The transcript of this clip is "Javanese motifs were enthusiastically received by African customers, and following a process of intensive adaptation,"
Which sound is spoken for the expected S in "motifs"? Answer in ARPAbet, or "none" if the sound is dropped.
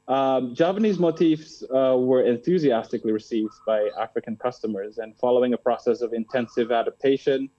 S